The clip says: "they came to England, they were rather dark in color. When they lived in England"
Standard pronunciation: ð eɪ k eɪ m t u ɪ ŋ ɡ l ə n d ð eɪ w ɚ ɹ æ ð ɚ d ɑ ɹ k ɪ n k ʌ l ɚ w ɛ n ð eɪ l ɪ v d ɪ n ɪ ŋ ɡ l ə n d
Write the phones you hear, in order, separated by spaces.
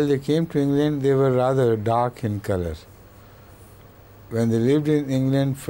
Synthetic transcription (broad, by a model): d eɪ k eɪ m t u ɪ ŋ ɡ l ə n d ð eɪ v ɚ ɹ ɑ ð ɚ d ɑ ɹ k ɪ n k ʌ l ɚ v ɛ n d eɪ l ɪ v d ɪ n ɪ ŋ ɡ l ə n d